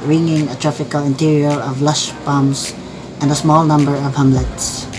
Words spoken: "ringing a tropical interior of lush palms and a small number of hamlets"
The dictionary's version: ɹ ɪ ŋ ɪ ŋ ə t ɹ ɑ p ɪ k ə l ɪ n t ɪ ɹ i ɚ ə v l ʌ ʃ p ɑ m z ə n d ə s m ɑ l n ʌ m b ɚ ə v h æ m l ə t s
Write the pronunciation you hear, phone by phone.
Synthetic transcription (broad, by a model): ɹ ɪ ŋ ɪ ŋ ə t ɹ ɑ f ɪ k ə l ɪ n t ɪ ɹ i ɚ ə v l ʌ ʃ b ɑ m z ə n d ə s m ɑ l n ʌ m b ɚ ə v h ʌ m l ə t s